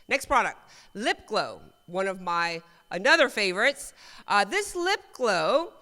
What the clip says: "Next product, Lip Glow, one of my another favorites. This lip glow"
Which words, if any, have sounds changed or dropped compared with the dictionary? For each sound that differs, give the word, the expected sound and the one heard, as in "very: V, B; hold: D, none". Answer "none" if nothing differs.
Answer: none